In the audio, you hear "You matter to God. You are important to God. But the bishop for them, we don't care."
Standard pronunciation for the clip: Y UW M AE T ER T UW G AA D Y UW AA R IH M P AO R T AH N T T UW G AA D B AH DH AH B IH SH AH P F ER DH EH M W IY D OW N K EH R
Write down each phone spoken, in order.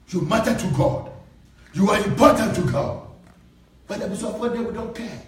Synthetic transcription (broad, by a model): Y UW M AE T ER T UW G AA D Y UW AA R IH M P AO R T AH N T T UW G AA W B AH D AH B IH S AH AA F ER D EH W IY D OW N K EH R